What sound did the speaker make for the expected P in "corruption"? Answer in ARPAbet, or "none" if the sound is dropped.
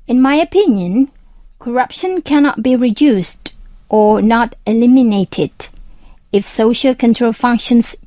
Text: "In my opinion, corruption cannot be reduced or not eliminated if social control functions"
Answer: P